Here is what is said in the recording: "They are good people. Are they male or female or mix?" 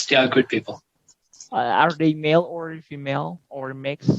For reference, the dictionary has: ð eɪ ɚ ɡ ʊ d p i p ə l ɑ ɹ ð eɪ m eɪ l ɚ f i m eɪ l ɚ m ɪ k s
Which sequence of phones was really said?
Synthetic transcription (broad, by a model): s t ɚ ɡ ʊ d p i p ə ɑ ɹ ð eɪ m eɪ l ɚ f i m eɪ l ɚ m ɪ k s